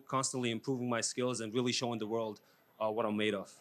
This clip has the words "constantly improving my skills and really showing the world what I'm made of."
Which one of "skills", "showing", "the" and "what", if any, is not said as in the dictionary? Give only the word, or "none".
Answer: none